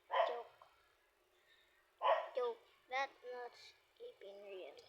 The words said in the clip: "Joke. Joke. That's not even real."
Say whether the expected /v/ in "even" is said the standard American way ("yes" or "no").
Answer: no